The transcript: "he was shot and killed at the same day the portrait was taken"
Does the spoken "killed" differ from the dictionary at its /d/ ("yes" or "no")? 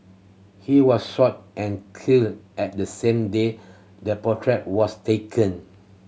yes